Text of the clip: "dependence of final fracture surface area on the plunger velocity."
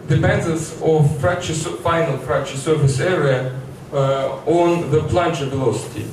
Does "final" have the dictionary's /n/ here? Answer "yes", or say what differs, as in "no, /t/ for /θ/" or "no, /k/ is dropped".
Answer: yes